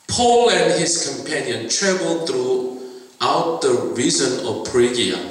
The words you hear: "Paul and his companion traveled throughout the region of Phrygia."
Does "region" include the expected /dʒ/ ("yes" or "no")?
no